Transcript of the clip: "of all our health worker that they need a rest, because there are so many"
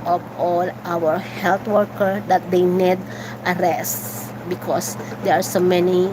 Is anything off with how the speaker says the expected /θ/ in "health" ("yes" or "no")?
yes